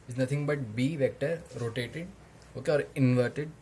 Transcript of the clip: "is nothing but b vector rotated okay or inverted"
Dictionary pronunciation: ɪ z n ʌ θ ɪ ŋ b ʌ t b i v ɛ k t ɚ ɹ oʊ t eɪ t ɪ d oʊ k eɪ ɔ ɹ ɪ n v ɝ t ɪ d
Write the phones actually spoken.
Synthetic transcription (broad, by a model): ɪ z n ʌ t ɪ ŋ b ʌ t b i v ɛ k t ɚ ɹ oʊ t eɪ t ɪ d oʊ k eɪ ɔ ɹ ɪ n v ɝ t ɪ d